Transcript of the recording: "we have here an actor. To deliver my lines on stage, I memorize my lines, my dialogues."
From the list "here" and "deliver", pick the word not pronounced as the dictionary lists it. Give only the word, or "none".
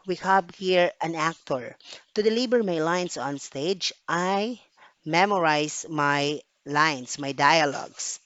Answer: deliver